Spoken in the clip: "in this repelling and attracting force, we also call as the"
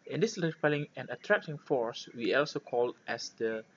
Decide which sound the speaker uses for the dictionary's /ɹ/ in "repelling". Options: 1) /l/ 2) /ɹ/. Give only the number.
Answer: 1